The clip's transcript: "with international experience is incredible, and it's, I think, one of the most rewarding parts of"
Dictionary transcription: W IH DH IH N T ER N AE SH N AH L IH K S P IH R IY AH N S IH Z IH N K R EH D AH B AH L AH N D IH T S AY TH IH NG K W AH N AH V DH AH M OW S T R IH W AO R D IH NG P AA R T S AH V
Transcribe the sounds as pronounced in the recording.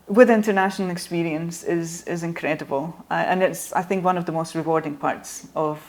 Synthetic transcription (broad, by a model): W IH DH IH N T ER N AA SH N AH L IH K S P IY R IY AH N S IH Z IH N K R EH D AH B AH L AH N IH T S AY TH IH NG K W AH N AH V DH AH M OW S T R IH W AO R D IH NG P AA R T S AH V